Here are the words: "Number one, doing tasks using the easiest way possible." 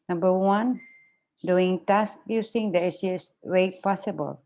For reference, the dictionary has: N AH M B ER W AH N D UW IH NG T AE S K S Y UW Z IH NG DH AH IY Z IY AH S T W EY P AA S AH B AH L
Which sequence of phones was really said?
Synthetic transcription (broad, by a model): N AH M B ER W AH N D UW IH NG T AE S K Y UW S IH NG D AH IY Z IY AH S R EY P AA S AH B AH L